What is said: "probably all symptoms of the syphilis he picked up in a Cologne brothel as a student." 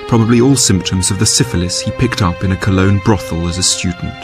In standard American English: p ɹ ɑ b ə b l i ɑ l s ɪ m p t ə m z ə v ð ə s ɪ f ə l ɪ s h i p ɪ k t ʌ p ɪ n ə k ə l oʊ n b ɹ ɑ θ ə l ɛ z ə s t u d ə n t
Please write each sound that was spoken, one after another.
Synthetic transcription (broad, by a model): p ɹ ɑ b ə b l i ɑ l s ɪ m p t ə m z ə v ð ə s ɪ f ə l ɪ s h i p ɪ k t ʌ p ɪ n ə k ə l oʊ n b ɹ ɑ θ ə l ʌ z ə s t u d n t